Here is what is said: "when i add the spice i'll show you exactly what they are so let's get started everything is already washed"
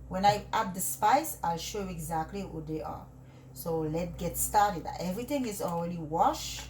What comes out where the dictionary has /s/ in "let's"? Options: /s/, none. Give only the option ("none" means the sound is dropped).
none